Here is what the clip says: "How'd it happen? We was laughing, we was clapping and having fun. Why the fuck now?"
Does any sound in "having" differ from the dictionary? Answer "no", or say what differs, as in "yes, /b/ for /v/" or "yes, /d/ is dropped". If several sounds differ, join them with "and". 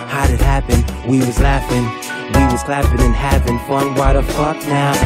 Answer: yes, /p/ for /v/